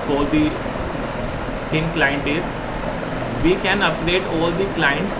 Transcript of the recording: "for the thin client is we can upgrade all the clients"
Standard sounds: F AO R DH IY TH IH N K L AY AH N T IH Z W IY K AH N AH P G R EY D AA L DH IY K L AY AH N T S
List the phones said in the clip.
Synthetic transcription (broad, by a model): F AO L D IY T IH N K L AY AH N T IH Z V IY K AH N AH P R EY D AA L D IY K L AY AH N T S